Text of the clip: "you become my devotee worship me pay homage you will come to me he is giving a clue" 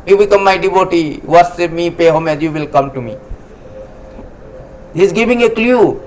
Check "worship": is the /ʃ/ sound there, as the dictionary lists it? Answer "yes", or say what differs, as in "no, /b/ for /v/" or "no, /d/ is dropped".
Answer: no, /s/ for /ʃ/